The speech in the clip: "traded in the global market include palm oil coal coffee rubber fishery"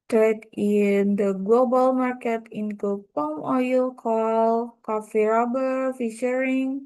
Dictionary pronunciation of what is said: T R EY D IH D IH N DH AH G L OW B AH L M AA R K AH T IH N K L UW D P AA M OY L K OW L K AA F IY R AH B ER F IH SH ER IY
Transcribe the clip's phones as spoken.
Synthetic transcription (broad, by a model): T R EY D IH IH N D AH G L OW B AH L M AA R K AH T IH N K UW P AA M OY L K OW L K AA F IY R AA B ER F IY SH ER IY